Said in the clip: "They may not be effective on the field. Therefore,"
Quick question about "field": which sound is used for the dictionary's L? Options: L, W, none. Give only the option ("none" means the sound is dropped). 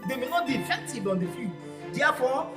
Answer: none